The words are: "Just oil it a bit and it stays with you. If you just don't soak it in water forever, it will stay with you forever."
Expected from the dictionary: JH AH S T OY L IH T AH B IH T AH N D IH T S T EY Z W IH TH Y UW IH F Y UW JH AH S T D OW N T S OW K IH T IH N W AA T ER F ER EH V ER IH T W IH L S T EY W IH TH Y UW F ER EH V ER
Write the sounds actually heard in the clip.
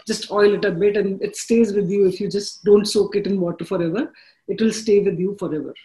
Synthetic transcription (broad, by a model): JH AH S T OY L IH T AH B IH T AH N D IH T S T EY Z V IH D Y UW IH F Y UW JH AH S T D OW N T S OW K IH T IH N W AA T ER F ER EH V ER IH T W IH L S T EY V IH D Y UW F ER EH V ER